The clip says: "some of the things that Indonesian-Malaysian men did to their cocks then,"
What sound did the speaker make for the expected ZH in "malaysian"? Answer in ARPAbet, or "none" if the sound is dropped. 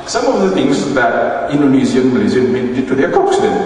Z